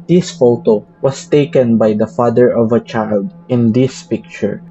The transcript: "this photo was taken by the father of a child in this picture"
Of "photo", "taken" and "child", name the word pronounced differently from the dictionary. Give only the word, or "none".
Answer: none